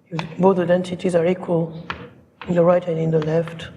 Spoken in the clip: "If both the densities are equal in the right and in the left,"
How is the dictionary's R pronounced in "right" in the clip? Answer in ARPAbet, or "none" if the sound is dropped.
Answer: R